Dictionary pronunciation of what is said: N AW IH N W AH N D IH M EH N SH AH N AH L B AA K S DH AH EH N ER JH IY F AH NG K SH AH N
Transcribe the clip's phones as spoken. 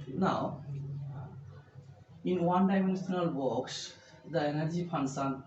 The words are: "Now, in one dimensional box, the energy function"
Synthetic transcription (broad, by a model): N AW IH N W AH N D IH M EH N S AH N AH L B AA K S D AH EH N ER JH IY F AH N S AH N